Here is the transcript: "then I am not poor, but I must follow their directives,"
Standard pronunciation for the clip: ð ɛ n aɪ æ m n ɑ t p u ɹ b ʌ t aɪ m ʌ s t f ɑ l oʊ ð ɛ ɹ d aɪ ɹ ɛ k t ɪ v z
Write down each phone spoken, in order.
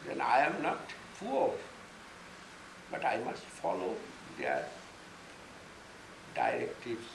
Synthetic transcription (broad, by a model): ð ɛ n aɪ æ m n ɑ t f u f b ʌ t aɪ m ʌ s t f ɑ l oʊ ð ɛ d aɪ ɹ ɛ k t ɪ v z